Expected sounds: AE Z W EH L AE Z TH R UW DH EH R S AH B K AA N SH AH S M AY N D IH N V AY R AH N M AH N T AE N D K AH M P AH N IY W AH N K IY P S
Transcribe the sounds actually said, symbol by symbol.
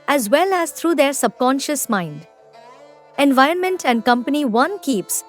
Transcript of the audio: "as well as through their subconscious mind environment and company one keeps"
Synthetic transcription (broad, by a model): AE Z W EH L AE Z T R UW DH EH R S AH B K AA N SH AH S M AY N D IH N V AY R AH N M AH N T AE N D K AH M P AH N IY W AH N K IY P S